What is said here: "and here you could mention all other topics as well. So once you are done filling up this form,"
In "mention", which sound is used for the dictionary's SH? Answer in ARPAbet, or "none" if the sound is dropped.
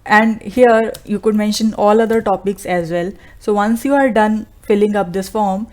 SH